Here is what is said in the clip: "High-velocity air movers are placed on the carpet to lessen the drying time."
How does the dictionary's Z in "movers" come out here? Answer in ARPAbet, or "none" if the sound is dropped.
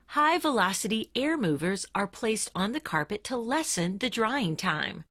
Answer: Z